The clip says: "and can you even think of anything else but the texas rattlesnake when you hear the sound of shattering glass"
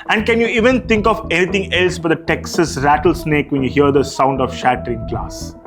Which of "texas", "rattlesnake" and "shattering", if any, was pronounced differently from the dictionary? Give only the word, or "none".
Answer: none